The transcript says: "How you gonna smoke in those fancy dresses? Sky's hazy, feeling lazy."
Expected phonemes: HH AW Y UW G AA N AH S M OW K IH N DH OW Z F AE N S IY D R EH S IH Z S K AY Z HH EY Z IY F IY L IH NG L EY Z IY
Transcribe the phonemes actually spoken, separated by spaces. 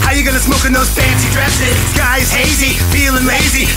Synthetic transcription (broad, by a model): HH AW Y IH G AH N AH S M OW K IH N DH OW Z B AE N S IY D R EH S IH Z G AY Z HH EY Z IY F IY L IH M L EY Z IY